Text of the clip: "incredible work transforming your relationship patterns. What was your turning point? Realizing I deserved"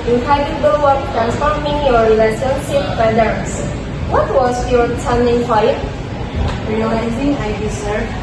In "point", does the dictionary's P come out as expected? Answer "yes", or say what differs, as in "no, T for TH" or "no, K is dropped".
no, F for P